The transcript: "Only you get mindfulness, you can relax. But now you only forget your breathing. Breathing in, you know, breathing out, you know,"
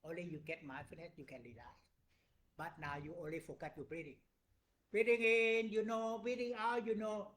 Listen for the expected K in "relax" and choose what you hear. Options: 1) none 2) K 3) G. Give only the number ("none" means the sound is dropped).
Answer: 1